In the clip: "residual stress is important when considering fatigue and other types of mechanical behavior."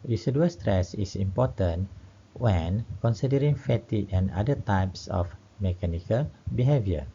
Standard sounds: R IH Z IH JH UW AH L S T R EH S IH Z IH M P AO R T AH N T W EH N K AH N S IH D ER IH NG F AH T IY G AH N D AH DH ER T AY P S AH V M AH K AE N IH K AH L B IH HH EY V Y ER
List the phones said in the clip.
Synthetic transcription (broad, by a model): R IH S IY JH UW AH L S T R EH S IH S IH M P AO T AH N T W EH N K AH N S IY D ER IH NG F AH T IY AH N D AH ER T AY P S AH F M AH K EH N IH K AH L B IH HH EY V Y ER